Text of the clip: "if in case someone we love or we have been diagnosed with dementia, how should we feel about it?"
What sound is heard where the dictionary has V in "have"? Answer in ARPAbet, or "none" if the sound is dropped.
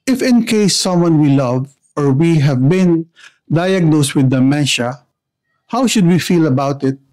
V